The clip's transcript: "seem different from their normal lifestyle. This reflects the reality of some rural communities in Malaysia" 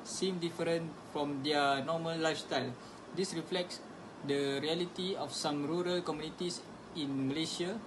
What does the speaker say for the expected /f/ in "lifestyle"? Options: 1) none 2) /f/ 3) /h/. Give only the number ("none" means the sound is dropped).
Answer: 2